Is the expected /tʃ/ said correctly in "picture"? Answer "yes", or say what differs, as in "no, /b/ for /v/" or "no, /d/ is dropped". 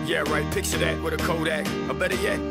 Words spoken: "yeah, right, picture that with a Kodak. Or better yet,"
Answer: no, /s/ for /tʃ/